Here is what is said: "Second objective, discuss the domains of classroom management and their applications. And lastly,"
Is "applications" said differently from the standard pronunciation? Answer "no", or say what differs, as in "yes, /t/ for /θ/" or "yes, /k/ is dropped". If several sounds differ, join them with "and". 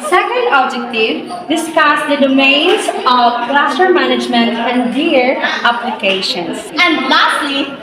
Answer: yes, /s/ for /z/